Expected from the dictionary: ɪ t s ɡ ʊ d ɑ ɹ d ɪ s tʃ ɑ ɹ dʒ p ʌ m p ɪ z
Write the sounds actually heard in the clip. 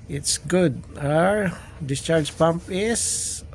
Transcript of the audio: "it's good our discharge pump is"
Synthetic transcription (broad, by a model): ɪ t s ɡ ʊ d ɑ ɹ d ɪ s tʃ ɑ ɹ dʒ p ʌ m p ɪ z